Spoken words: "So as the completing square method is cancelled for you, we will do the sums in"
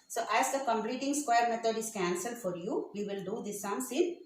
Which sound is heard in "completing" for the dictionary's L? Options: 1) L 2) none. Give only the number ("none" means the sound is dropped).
1